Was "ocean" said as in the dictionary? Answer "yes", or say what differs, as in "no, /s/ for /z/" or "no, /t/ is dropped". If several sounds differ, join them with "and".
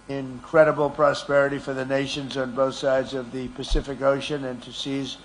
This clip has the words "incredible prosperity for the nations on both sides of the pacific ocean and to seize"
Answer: yes